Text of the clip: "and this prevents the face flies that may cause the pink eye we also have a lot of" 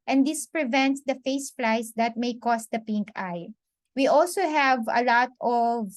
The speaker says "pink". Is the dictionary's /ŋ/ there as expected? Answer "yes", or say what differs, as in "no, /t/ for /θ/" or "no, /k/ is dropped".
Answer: yes